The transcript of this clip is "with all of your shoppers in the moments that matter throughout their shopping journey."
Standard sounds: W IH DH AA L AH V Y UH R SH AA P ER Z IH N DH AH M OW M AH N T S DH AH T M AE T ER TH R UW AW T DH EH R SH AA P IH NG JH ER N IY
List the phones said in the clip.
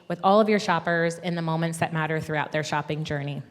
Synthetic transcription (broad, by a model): W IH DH AA L AH V Y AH R SH AA P ER Z IH N DH AH M OW M AH N T S DH AH T M AE T ER TH R UW AW T DH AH R SH AA P IH NG JH ER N IY